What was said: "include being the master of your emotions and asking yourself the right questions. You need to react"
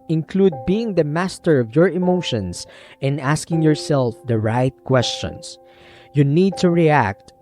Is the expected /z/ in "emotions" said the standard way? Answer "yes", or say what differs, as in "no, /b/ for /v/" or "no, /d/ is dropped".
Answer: no, /s/ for /z/